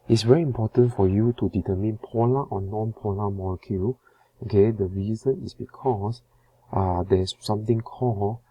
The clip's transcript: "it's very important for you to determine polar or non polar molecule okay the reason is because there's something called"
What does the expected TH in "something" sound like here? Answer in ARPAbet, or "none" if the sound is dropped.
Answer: T